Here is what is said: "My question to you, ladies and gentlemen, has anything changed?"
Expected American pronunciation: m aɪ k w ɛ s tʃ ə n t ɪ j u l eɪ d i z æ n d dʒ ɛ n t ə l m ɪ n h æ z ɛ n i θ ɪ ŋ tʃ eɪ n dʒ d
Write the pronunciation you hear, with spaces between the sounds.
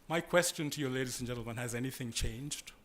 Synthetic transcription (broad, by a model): m aɪ k w ɛ s tʃ ə n t ɪ j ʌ l eɪ d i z n dʒ ɛ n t l m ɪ n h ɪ z ɛ n i θ ɪ ŋ tʃ eɪ n dʒ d